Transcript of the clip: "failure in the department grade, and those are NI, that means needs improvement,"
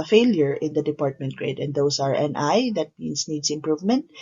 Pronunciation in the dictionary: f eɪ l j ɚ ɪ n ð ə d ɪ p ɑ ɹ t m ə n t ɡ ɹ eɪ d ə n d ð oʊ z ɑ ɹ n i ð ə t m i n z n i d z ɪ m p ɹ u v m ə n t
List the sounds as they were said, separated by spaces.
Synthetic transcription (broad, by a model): f eɪ l j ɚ ɪ n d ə d ɪ p ɑ ɹ t m ə n t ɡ ɹ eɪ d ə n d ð oʊ s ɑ ɹ n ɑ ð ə t m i n s n i d s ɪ m p ɹ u v m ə n t